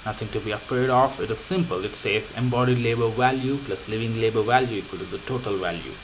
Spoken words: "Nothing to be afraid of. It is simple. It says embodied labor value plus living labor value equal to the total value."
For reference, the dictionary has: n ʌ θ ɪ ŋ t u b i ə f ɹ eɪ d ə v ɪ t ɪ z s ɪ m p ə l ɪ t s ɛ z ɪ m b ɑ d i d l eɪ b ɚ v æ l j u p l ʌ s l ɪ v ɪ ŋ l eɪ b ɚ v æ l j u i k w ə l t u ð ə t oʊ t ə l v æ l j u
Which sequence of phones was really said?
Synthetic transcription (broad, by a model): n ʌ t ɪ ŋ t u b i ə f eɪ d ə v ɪ t ɪ z s ɪ m p ə l ɪ t s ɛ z ɪ m b ɑ d i d l eɪ b ɚ v æ l j u p l ʌ s l ɪ v ɪ ŋ l eɪ b ɚ v æ l j u i k w ə l t u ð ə t oʊ t ə l v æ l j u